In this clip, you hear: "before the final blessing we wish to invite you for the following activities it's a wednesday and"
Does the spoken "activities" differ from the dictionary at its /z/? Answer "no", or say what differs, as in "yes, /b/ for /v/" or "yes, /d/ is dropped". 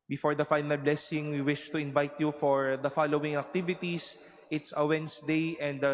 yes, /s/ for /z/